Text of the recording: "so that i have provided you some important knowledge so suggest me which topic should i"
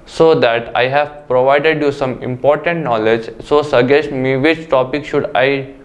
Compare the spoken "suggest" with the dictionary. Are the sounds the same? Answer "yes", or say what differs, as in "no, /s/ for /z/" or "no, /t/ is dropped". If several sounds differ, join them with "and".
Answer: no, /dʒ/ is dropped